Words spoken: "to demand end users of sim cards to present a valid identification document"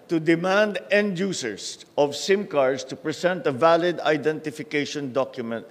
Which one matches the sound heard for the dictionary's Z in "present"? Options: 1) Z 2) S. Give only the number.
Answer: 2